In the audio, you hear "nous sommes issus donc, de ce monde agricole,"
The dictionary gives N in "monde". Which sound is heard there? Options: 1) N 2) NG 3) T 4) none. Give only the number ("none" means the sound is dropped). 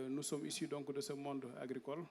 1